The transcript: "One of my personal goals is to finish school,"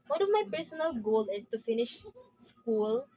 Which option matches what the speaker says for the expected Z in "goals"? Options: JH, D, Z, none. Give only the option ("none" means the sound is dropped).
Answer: none